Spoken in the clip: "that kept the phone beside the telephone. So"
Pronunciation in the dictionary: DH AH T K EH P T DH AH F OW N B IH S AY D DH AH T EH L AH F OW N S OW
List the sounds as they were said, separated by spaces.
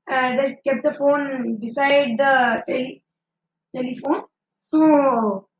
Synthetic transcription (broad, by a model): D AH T K EH P T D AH F OW N B IH S AY D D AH T EH L AH F OW N S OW